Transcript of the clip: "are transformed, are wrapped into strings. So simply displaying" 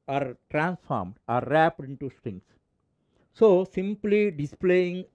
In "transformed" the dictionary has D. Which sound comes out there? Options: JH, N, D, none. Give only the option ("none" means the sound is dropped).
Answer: D